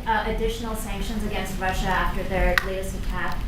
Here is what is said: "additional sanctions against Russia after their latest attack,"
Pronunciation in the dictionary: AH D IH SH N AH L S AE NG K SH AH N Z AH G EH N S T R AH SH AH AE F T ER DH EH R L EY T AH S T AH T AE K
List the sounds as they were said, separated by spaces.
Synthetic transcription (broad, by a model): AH D IH SH N L S AE NG K SH AH N Z AH G EH N S T R AH SH AH AE F T ER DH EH R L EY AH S AH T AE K